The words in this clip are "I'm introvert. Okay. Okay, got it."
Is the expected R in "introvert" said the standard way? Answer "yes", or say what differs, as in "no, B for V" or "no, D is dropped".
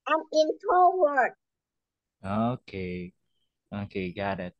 no, R is dropped